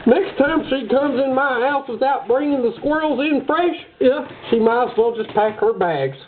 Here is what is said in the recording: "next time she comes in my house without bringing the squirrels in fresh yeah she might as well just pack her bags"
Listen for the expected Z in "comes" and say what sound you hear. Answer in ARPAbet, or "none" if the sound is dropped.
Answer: Z